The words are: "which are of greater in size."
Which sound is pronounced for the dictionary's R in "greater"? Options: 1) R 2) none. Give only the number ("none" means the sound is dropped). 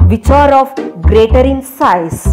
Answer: 1